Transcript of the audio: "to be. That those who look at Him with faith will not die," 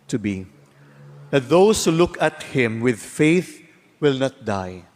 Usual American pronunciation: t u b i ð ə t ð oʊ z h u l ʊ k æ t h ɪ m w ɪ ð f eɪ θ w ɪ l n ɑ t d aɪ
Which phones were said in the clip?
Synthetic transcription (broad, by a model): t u b i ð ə t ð oʊ s h u l ʊ k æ t h ɪ m w ɪ ð f eɪ θ w ɪ l n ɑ t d aɪ